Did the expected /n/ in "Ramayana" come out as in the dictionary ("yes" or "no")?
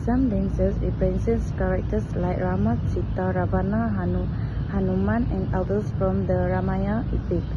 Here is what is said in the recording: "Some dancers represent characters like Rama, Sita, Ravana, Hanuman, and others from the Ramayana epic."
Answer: no